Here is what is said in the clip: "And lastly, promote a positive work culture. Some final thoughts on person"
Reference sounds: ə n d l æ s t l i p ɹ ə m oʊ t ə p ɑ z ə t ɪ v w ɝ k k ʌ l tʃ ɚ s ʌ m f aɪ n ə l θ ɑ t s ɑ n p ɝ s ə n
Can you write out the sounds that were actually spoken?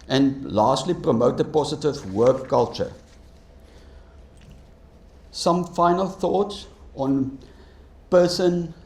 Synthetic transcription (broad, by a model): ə n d l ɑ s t l i p ɹ ə m oʊ t ə p ɑ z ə t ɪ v w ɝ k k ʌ l tʃ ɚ s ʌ m f aɪ n ə l θ ɑ t s ɑ n p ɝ s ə n